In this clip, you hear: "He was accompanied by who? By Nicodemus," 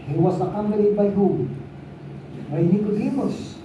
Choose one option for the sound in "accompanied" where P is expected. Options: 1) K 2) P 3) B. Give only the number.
3